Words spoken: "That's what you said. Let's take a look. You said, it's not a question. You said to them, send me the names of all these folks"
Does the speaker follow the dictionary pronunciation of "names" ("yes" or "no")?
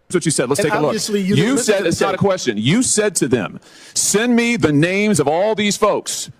yes